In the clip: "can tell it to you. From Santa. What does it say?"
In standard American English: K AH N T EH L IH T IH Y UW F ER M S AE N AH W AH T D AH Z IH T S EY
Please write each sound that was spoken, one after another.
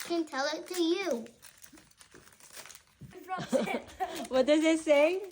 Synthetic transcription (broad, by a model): K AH N T EH L IH T IH Y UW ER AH W AH T D AH Z IH T S EY